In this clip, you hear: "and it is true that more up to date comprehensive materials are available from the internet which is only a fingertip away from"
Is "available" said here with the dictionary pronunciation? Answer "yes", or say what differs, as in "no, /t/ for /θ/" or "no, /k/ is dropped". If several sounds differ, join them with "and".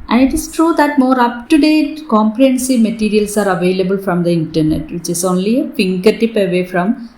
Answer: yes